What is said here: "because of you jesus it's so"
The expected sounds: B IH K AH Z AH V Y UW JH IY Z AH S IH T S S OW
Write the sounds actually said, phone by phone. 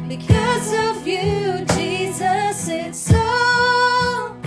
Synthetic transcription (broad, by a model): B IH K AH Z AH V Y UW JH IY Z AH S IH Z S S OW